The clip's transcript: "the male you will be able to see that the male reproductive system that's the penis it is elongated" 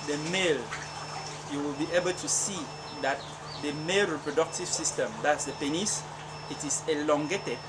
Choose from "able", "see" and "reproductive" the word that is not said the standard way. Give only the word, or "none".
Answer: none